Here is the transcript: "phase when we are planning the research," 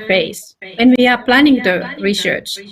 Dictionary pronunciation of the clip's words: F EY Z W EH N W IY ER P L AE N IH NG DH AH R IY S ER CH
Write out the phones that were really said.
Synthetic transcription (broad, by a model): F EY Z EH N W IY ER P L AE N IH NG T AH R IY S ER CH